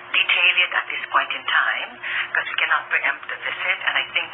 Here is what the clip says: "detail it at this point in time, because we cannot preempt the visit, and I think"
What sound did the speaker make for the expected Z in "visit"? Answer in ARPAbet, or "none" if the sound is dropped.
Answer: S